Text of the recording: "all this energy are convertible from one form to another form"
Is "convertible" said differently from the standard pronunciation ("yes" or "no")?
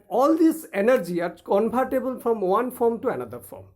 yes